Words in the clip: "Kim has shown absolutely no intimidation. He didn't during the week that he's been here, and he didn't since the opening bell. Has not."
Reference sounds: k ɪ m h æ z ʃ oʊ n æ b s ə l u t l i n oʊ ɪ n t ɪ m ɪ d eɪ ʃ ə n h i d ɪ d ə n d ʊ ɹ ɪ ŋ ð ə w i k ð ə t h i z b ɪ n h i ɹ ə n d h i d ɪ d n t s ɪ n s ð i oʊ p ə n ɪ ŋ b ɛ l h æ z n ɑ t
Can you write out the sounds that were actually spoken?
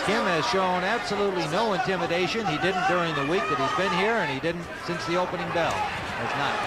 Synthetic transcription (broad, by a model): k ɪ m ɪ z ʃ oʊ n æ b s ə l u t l i n oʊ ɪ n t ɪ m ɪ d eɪ ʃ ə n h i d ɪ d n d ʊ ɹ ɪ ŋ ð ə w i k ð ə t h i z b ɪ n h i ɹ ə n i d ɪ d n t s ɪ n s ð i oʊ p ə n ɪ ŋ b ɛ l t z n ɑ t